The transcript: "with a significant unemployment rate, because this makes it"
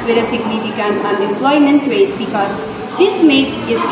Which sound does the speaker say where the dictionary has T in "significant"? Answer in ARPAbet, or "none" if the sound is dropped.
none